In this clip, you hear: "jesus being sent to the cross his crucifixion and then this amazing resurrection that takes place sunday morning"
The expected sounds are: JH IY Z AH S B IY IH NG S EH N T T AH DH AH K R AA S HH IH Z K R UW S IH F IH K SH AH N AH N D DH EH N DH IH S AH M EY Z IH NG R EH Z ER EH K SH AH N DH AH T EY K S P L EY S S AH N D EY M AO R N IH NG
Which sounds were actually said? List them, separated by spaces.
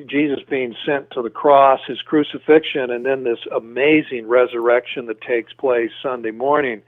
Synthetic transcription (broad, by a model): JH IY Z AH S B IY IH NG S EH N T T AH DH AH K R AA S HH IH Z K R UW S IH F IH K SH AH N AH N DH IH N DH IH S AH M EY Z IH NG R EH Z ER EH K SH AH N DH AH T EY K S P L EY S S AH N D EY M AO R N IH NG